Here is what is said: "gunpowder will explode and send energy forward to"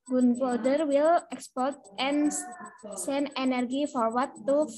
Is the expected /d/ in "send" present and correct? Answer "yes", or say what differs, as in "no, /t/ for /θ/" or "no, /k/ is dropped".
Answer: no, /d/ is dropped